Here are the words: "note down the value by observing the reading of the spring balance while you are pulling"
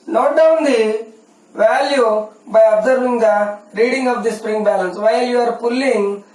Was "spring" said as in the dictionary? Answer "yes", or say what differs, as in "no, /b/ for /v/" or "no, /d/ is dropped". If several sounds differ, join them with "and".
yes